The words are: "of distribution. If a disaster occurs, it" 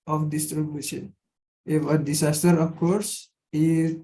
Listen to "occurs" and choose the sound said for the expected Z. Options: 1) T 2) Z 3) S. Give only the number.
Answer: 3